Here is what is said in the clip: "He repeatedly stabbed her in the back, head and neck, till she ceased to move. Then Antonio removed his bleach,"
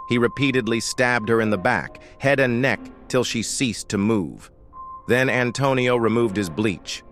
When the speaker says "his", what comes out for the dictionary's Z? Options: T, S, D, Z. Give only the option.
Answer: Z